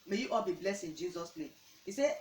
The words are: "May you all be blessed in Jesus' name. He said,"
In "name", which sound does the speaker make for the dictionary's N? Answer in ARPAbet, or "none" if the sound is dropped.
L